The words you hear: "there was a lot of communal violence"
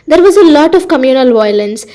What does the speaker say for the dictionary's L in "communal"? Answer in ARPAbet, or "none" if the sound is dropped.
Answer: L